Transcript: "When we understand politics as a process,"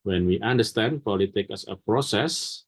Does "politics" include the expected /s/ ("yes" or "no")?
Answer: no